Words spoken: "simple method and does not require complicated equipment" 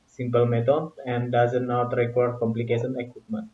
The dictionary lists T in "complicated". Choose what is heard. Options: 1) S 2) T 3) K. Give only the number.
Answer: 1